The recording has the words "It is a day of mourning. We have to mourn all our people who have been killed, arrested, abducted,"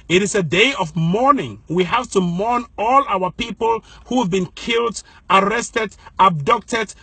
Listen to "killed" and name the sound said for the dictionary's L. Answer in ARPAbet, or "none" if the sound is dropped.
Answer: L